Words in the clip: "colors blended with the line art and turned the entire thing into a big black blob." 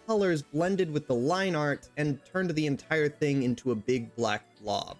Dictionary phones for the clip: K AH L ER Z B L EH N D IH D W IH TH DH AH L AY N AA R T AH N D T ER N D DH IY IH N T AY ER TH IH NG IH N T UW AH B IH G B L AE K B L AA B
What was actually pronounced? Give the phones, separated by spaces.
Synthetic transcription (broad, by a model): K AH L ER Z B L EH N D IH D W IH DH AH L AY N AA R T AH N T ER N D DH IY IH N T AY ER TH IH NG IH N T UW AH B IH G B L AE K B L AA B